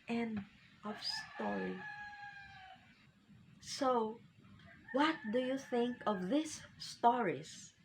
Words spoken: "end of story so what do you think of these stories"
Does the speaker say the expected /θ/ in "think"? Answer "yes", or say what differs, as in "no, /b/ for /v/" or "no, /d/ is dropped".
yes